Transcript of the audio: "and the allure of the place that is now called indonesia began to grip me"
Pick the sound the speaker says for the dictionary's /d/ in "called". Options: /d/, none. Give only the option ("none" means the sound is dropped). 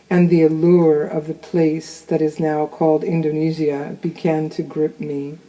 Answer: /d/